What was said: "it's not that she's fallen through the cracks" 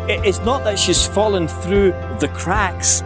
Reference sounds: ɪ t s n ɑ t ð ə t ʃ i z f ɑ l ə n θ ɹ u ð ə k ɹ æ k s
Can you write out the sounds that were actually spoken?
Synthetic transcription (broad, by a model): ɪ t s n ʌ t ð ə t ʃ i z f ɑ l ə n θ ɹ u ð ə k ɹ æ k s